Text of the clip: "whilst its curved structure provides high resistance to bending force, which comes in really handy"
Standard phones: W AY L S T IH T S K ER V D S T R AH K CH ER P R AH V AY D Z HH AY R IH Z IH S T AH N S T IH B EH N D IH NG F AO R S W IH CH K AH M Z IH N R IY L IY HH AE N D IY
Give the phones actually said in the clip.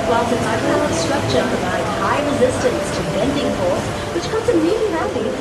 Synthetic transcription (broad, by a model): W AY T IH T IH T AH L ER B S T R AH K CH ER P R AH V AY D HH AY R IH Z IH S T AH N S T IH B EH N D IH NG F AO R S W IH CH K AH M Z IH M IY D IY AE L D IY